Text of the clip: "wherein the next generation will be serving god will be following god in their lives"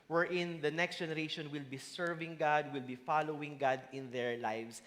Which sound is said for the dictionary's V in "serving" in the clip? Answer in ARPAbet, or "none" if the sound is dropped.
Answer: V